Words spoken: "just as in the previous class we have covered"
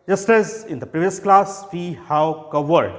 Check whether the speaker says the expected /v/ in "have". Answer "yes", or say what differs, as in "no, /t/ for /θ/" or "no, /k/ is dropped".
no, /w/ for /v/